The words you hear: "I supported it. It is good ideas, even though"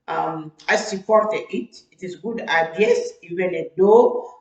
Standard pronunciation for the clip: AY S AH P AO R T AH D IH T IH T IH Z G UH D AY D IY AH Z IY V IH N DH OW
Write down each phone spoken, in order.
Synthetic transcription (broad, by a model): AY S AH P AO R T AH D IH T IH T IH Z G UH D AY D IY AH S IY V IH N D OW